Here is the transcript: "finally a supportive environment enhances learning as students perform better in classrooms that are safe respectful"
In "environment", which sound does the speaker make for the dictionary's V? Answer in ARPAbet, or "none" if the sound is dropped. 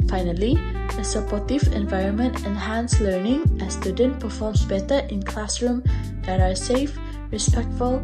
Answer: V